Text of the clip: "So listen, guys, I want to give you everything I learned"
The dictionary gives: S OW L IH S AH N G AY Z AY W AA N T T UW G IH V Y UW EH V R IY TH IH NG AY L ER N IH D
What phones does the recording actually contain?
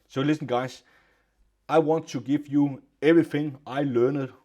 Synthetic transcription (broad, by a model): S OW L IH S AH N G AY S AY W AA N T T UW G IH V Y UW EH V R IY TH IH NG AY L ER N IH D